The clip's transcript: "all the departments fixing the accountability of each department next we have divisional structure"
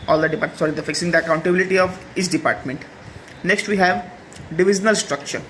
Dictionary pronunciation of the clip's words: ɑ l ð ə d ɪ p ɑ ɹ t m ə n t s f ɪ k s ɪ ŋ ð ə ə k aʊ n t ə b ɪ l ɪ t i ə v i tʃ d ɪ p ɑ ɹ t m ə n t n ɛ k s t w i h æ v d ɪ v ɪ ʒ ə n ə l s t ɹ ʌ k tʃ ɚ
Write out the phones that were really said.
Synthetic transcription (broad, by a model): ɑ l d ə d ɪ p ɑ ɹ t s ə t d f ɪ k s ɪ ŋ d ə ə k aʊ n t ə b ɪ l ɪ t i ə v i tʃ d ɪ p ɑ ɹ t m ə n t n ɛ k s t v i h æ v d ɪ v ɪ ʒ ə n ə l s t ɹ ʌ k tʃ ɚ